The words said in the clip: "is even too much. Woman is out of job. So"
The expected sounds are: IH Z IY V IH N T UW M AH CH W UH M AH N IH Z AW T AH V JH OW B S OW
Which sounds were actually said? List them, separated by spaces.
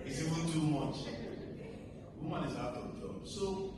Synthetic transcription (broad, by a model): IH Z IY W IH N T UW M AH CH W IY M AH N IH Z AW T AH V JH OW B S OW